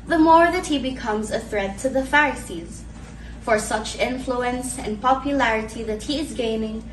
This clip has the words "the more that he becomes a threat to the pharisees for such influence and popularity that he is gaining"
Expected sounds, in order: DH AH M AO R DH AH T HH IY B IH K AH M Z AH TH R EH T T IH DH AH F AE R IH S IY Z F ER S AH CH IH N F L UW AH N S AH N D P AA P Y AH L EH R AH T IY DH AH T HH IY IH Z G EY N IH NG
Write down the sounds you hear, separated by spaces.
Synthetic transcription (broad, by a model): DH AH M AO R DH AH T HH IY B IH K AH M Z AH TH R EH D T IH DH AH F AE R IH S IY Z F ER S AH CH IH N F L UW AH N S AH N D P AA P Y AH L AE R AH T IY DH AH T HH IY IH Z G EY N IH NG